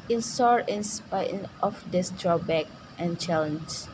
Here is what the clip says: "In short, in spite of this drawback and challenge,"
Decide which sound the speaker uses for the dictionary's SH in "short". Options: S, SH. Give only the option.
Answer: S